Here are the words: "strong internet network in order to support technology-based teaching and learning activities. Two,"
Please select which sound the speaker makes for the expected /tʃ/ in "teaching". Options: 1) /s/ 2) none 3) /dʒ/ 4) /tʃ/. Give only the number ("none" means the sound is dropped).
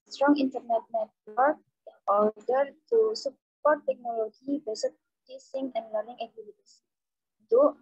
1